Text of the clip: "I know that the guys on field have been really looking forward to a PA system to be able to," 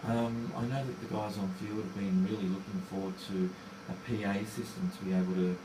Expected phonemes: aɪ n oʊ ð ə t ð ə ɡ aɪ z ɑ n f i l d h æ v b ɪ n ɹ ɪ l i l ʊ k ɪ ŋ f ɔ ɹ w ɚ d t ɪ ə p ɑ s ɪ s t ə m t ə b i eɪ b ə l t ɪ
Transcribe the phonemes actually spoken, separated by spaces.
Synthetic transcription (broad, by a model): aɪ n oʊ ð ə t ð ə ɡ aɪ z n f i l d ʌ v b ɪ n ɹ ɪ l i l ʊ k ɪ ŋ f ɔ ɹ w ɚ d t ɪ ə p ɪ s ɪ s t ə m t ə b i eɪ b l t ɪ